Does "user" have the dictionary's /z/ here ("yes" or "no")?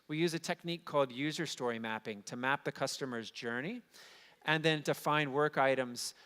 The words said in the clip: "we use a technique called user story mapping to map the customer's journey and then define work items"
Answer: yes